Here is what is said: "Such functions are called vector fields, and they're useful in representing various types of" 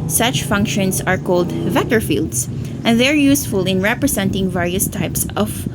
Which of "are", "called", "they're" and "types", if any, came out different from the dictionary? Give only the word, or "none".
none